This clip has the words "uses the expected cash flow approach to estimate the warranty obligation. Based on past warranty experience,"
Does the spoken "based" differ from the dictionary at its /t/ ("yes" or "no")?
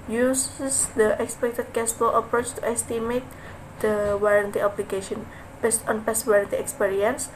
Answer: no